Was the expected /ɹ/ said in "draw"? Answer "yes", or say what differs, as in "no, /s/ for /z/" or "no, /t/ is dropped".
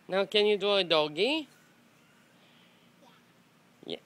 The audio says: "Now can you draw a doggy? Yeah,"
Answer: no, /ɹ/ is dropped